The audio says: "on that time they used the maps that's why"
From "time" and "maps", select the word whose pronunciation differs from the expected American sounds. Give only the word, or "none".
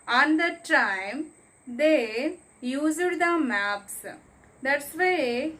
none